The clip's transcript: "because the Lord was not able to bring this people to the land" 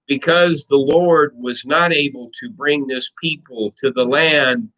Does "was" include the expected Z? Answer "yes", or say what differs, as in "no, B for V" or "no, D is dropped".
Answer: yes